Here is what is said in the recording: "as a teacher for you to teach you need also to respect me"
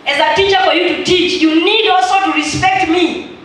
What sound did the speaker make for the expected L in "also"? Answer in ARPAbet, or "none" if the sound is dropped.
none